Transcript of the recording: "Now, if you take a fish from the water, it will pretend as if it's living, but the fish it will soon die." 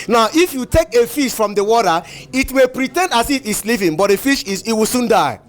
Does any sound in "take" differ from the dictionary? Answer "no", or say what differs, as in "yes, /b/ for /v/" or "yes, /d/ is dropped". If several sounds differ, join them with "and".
no